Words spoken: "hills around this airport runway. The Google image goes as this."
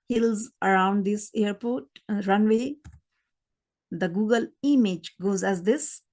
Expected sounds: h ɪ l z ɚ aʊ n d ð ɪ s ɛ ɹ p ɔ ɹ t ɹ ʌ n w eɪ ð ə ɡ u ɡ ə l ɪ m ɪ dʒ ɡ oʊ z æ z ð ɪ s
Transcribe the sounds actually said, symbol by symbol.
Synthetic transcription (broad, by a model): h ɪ l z ɚ aʊ n d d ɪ s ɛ ɹ p ɔ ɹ t ɹ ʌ n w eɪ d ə ɡ u ɡ ə l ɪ m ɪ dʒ ɡ oʊ z æ z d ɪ s